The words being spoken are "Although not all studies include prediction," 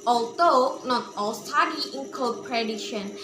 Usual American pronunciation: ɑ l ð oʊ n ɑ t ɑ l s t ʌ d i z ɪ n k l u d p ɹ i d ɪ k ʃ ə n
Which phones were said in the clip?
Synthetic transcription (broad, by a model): ɑ l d oʊ n ɑ t ɑ l s t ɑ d i ɪ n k ɔ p ɹ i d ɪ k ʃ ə n